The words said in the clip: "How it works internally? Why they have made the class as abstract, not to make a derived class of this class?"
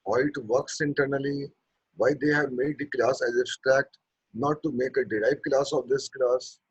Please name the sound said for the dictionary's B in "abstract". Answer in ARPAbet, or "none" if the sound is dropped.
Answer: none